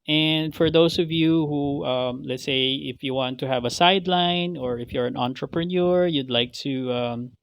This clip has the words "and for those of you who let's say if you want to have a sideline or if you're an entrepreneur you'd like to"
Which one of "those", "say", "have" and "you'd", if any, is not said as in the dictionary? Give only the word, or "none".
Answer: those